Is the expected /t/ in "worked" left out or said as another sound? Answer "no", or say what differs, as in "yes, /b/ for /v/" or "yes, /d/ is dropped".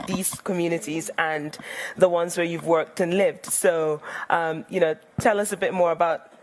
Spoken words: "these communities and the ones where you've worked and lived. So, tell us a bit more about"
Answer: no